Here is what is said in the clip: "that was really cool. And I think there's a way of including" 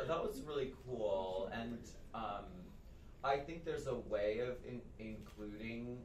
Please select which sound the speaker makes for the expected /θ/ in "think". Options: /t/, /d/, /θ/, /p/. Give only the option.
/θ/